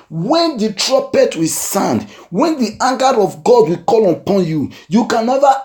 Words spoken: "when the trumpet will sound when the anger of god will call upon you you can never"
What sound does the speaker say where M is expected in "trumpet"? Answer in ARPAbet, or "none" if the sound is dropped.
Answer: none